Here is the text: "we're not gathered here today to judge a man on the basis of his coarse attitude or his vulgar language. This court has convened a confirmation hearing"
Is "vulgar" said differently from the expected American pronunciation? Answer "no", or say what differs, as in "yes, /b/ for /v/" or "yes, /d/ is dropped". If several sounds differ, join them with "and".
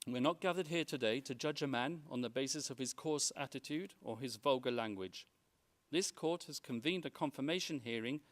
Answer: no